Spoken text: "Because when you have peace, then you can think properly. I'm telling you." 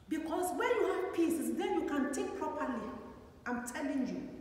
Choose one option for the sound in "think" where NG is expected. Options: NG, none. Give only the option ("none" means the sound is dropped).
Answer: none